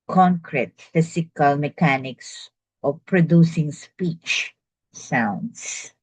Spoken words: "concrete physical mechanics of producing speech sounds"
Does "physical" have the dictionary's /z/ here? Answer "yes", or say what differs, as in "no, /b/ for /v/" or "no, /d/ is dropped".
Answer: no, /s/ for /z/